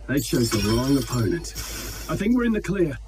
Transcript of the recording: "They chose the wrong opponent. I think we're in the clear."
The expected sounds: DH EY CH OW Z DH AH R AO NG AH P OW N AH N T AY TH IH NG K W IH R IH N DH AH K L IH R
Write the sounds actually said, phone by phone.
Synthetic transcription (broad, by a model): DH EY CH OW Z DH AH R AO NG AH P OW N AH N T AY TH IH NG K W IH R IH N DH AH K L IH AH